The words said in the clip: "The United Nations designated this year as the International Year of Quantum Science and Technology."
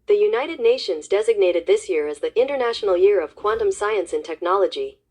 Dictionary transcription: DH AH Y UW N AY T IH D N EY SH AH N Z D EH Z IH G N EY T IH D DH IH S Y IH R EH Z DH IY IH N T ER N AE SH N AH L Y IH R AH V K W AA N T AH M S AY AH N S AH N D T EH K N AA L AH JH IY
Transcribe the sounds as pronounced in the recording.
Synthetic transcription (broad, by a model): DH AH Y UW N AY T IH D N EY SH AH N Z D EH Z IH G N EY T IH D DH IH S Y IH R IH Z DH IY IH N T ER N AE SH N L Y IH R AH V K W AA N T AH M S AY AH N S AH N T EH K N AA L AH JH IY